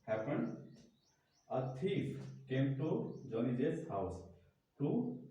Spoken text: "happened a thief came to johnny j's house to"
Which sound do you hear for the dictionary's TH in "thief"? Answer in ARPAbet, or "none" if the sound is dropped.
T